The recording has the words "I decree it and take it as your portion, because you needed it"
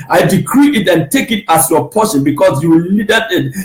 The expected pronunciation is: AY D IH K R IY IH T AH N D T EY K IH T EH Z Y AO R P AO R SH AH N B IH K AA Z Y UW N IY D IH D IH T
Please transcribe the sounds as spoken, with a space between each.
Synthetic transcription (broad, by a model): AY D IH K R IY IH T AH N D T EY K IH T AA S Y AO P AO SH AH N B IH K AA S Y UW L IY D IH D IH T